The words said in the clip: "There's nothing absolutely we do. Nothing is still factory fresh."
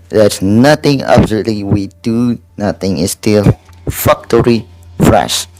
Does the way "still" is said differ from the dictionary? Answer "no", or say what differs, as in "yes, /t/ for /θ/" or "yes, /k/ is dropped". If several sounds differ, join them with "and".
no